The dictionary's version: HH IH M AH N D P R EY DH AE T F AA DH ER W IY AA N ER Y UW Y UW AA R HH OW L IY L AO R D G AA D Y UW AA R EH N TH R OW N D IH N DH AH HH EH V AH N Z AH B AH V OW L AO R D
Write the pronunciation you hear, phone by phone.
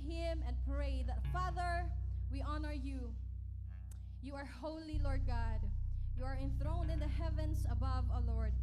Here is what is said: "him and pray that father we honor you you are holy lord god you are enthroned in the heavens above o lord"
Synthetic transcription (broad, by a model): HH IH M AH N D P R EY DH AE T F AA DH ER W IY AA N ER Y UW Y UW AA R HH OW L IY L AO R D G AA D Y UW AA R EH N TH R OW N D IH N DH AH HH EH V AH N S AH B AH V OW L AO R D